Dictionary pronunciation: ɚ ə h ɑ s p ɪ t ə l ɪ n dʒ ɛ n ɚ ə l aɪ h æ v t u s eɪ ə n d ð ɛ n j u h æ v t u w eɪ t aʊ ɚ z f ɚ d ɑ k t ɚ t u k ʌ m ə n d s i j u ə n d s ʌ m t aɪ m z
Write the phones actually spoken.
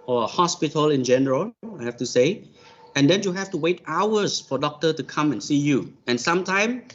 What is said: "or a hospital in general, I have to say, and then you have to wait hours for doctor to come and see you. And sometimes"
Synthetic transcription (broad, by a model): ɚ ə h ɑ s p ɪ t ə l ɪ n dʒ ɛ n ɚ ə l aɪ h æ f t u s eɪ ə n d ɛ n j u h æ f t u w eɪ t aʊ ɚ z f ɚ d ɑ k t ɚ t u k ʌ m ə n s i j u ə n s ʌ m t aɪ m